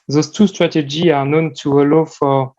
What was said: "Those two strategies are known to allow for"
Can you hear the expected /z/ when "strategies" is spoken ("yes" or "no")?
no